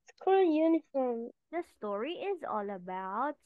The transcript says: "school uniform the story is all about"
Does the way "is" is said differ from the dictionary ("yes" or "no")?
no